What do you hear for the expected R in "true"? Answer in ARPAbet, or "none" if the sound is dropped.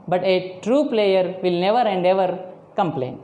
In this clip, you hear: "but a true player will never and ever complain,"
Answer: R